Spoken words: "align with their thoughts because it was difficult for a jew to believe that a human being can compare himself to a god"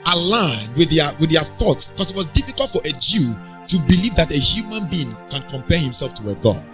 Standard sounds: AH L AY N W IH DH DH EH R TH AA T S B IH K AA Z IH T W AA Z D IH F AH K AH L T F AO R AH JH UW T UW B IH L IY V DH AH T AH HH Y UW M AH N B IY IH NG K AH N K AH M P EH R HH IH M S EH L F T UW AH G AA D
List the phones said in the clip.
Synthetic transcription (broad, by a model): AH L AY N W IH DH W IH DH TH AA T S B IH K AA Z IH T W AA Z D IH F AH K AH L T F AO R AH JH UW T UW B IH L IY V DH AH T AH HH Y UW M AH N B IY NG K AH N K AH M P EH HH IH M S EH L F T UW AH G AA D